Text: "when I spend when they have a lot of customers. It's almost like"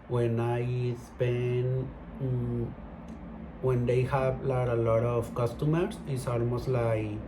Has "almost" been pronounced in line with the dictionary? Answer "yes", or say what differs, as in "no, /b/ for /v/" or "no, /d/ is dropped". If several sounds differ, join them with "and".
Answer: yes